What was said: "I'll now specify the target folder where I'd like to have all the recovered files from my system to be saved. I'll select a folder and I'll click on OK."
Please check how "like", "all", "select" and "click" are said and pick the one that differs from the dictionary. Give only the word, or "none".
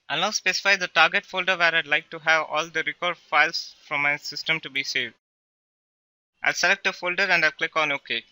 none